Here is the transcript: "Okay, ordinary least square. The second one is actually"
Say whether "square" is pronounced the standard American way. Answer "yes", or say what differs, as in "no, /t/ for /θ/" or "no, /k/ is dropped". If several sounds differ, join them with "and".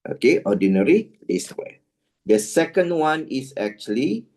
no, /k/ is dropped